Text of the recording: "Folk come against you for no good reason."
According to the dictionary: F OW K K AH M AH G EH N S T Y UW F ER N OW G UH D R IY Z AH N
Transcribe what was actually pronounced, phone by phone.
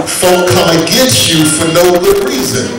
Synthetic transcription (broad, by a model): F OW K K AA AH G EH S Y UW F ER N OW G UH D R IY Z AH N